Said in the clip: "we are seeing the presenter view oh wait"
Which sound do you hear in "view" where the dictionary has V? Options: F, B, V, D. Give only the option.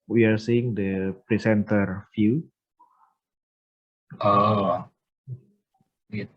F